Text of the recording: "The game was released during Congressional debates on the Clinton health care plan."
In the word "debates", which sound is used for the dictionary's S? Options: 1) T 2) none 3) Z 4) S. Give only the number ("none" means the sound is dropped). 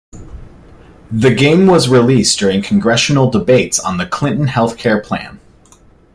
4